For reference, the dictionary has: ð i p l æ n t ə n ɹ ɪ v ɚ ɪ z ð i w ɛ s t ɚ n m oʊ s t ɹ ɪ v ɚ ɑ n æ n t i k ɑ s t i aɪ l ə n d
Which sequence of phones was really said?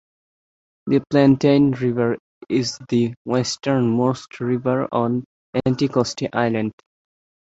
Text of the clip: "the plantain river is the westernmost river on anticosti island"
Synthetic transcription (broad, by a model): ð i p l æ n t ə n ɹ ɪ v ɚ ɪ z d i w ɛ s t ɚ n m oʊ s t ɹ ɪ v ɚ ɑ n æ n t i k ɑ s t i aɪ l ə n d